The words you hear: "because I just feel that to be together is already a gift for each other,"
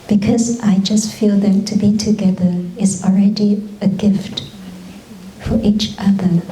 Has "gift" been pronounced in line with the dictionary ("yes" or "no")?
yes